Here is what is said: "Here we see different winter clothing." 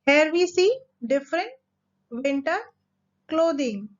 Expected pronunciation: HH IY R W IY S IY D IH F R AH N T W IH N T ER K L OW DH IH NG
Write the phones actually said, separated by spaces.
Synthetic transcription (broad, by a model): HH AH R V IY S IY D IH F R AH N T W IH N T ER K L OW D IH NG